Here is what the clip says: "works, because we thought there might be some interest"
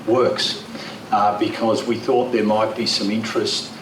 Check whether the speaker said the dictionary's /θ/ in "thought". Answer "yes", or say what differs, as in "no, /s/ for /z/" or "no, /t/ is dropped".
yes